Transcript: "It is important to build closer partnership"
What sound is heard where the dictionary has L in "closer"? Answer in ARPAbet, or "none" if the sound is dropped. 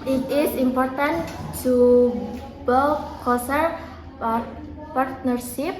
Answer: none